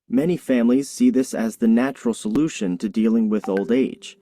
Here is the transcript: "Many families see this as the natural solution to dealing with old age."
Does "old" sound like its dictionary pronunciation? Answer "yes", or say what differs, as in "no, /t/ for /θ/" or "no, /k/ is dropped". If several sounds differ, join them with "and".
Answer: yes